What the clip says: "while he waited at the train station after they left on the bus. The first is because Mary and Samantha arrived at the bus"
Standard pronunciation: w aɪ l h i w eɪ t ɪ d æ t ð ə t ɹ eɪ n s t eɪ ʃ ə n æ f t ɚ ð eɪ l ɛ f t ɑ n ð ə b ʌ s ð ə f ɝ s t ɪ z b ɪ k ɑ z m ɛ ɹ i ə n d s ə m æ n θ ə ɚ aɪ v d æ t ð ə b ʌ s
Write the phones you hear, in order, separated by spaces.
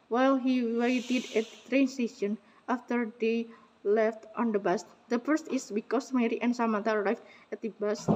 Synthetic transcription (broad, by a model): w aɪ l h i w eɪ t ɪ d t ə t ɹ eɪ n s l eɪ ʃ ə n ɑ f t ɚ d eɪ l ɛ f t ɑ n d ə b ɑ s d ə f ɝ s t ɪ s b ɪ k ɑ s m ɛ ɹ i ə n s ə m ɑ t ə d aɪ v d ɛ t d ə b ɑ s